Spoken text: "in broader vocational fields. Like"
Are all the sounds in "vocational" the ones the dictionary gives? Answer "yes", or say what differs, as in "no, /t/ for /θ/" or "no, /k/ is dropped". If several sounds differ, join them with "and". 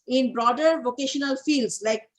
yes